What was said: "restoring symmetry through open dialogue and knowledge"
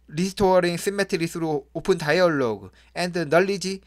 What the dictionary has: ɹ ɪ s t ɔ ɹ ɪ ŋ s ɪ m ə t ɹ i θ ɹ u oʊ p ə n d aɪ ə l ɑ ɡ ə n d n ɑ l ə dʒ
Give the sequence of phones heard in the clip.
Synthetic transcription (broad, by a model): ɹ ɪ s t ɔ ɹ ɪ ŋ s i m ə t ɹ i s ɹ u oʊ p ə n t aɪ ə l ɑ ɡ ə n d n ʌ l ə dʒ